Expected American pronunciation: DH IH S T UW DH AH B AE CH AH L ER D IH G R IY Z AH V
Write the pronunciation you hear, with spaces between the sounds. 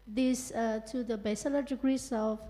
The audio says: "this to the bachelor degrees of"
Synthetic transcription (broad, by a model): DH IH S T UW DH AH B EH S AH L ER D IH G R IY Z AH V